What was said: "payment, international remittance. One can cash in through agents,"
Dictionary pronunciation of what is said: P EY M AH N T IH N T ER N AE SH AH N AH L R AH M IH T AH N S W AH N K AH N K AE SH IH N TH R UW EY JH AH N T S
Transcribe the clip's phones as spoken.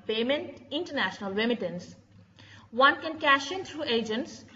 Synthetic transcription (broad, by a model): P EY M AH N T IH N T ER N AE SH AH N AH L R AH M IH T AH N S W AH N K AH N K AE SH IH N T R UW EY JH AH N T S